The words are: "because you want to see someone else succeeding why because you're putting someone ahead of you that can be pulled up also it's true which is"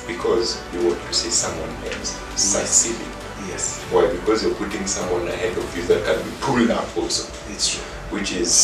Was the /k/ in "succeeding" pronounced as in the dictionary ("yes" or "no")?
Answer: no